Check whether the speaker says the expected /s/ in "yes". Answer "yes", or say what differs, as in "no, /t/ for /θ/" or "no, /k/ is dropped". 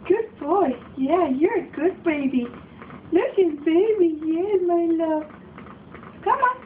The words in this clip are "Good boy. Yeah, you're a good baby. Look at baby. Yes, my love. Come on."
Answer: no, /s/ is dropped